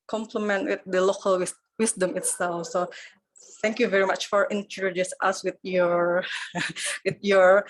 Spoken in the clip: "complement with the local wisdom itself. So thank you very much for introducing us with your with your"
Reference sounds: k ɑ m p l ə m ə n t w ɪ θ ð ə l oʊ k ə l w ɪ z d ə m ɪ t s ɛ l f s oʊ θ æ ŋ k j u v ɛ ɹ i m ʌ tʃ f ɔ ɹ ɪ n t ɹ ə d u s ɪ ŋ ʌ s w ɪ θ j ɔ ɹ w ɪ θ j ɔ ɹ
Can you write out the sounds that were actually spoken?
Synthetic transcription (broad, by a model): k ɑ m p l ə m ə n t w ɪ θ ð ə l oʊ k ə l w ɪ s d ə m ɪ t s ɛ l f s oʊ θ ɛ ŋ k j u v ɛ ɹ i m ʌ tʃ f ɔ ɹ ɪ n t ə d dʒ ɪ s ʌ s w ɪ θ j ɔ ɹ w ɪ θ j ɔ ɹ